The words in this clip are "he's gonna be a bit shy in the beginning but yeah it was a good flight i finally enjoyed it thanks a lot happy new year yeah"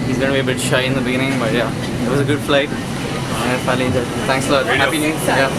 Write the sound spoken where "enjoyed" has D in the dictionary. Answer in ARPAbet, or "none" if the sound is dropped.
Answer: none